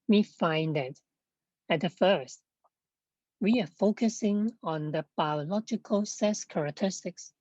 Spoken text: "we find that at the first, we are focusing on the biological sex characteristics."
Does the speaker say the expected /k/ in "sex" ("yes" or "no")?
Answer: no